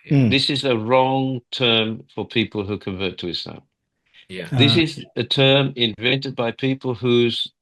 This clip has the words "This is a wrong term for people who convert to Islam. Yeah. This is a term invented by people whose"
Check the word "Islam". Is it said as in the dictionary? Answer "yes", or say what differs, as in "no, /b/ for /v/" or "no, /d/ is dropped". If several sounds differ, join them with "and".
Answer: no, /l/ is dropped